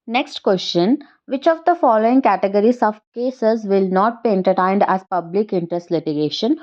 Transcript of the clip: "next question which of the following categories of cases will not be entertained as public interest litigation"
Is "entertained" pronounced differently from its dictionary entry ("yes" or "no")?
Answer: no